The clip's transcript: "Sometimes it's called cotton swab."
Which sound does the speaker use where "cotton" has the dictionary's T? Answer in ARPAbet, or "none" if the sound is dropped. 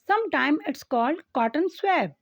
T